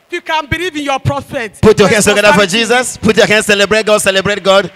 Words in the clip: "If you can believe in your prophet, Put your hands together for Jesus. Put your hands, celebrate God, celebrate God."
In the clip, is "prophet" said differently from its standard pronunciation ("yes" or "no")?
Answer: yes